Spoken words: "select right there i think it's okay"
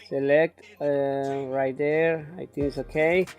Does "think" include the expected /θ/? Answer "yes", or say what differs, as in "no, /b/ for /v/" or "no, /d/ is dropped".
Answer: no, /t/ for /θ/